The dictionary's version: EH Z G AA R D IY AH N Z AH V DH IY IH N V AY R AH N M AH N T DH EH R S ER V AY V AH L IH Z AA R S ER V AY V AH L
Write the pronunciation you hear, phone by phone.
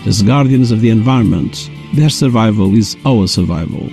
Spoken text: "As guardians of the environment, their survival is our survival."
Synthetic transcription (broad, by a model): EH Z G AA R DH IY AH N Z AH V DH IY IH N V AY R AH N M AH N T DH EH R S ER V AY V AH L IH Z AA L S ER V AY V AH L